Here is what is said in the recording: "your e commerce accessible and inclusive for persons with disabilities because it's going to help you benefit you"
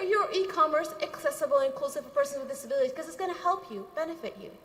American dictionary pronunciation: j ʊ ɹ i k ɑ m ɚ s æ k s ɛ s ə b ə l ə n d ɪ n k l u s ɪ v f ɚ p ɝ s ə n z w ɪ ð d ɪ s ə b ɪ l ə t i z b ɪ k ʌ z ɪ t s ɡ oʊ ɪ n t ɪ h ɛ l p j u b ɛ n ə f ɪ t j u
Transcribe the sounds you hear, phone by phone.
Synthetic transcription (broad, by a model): j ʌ ɹ i k ɑ m ɚ s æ k s ɛ s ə b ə l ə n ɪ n k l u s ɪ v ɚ p ɝ s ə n w ɪ ð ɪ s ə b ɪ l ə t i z k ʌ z ɪ t s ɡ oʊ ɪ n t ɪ h ɛ l p j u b ɛ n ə f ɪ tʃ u